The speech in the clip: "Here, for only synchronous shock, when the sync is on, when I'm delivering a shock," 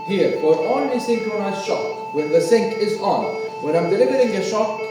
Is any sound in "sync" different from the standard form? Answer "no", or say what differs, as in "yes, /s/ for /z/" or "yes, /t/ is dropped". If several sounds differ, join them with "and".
no